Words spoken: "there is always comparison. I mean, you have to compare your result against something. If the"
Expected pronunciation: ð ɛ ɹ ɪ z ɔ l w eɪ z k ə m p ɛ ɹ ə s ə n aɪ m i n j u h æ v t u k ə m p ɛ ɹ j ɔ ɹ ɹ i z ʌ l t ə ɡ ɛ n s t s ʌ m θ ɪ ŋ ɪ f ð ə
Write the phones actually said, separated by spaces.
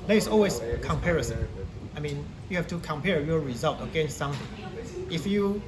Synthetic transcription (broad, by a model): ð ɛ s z ɔ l w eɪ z k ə m p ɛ ɹ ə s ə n aɪ m i n j u h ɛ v t u k ə m p ɛ ɹ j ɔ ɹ ɹ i z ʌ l t ə ɡ ɛ n s t s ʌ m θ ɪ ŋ ɪ f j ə